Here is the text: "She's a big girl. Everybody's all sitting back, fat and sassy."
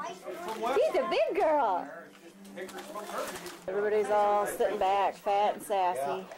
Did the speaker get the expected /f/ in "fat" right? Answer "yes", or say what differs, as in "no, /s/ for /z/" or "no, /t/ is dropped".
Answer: yes